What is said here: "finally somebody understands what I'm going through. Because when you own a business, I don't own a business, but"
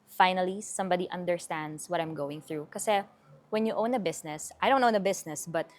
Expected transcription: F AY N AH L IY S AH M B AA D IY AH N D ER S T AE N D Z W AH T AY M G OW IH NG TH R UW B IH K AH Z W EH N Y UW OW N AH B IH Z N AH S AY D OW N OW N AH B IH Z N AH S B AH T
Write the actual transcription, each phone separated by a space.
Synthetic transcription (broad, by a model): F AY N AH L IY S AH M B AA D IY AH N D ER S T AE N D S W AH T AY M G OW IH NG TH R UW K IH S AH W EH N Y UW OW N AH B IH S N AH S AY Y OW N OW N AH B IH S N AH S B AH T